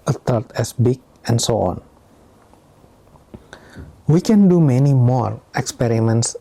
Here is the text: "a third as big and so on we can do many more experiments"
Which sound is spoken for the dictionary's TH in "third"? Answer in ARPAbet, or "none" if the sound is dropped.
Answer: T